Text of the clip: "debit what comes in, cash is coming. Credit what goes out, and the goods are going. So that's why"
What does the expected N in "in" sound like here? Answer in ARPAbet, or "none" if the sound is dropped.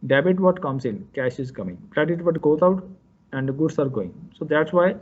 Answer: L